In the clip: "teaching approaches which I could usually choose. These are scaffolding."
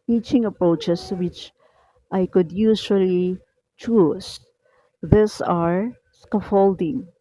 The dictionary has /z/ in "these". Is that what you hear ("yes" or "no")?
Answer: no